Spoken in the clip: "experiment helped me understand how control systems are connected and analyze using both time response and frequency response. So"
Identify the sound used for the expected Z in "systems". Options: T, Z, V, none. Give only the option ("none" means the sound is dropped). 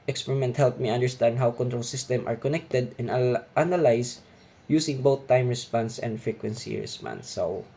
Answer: none